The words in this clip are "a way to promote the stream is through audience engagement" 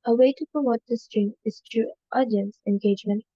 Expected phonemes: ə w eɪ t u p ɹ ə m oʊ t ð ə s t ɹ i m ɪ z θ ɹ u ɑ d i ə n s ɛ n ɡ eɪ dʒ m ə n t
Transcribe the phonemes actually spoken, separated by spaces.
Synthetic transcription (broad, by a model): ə w eɪ t u p ɹ ə m oʊ t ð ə s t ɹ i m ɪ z t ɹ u ɑ d i ə n s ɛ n ɡ eɪ dʒ m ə n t